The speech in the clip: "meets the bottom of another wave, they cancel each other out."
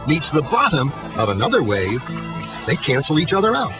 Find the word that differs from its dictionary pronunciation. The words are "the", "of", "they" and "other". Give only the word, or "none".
none